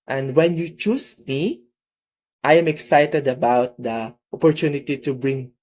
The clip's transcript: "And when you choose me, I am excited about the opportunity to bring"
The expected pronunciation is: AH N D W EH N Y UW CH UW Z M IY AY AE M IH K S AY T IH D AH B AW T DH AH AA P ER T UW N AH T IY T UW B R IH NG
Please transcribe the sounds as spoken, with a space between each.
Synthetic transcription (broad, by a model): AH N D W EH N Y UW CH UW S M IY AY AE M IH K S AY T IH D AH B AW T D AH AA P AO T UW N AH T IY T UW B R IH NG